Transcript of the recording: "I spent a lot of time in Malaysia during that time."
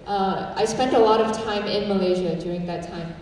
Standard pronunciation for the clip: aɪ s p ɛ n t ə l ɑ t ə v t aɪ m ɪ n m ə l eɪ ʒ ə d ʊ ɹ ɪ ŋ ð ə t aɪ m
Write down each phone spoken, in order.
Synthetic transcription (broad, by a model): aɪ s p ɛ n t ə l ɑ t ə v t aɪ m ɪ n m ə l eɪ ʒ ə d ʊ ɹ ɪ ŋ ð ə t aɪ m